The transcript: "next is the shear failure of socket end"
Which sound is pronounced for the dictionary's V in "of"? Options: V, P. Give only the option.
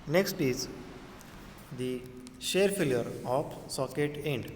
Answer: P